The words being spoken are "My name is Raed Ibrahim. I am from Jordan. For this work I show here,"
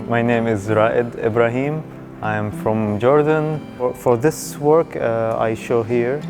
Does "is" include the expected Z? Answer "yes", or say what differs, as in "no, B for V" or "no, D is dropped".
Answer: yes